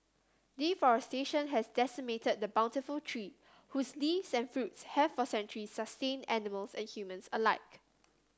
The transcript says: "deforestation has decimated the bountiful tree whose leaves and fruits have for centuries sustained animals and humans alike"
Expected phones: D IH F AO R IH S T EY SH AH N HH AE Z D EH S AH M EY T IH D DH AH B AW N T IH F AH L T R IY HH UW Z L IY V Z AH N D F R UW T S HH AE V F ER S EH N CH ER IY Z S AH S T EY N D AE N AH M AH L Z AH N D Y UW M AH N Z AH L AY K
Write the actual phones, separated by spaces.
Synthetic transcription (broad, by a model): D IH F AO R IH S T EY SH AH N HH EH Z D EH S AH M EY T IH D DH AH B AW N T IH F AH L T R IY HH UW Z L IY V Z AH N F R UW T S HH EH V F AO S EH N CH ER IY S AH S T EY N AE N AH M AH L S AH N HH Y UW M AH N S AH L AY K